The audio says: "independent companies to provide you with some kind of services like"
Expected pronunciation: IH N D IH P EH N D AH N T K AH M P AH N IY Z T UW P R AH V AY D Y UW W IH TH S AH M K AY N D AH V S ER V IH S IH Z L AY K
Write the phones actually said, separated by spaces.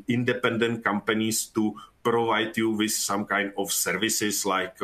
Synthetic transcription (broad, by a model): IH N D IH P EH N D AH N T K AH M P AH N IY S T UW P R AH V AY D Y UW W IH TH S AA M K AY N D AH F S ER V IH S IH S L AY K